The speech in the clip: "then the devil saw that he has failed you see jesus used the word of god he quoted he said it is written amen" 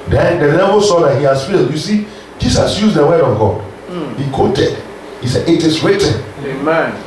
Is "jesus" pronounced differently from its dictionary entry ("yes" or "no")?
yes